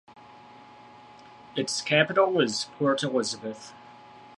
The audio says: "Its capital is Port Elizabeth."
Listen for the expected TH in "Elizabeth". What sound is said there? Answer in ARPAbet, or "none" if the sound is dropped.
TH